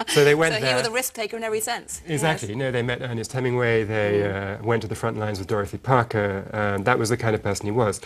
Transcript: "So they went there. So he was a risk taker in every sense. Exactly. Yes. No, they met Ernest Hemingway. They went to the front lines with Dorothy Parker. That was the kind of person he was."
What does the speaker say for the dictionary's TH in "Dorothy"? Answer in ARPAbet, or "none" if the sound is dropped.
TH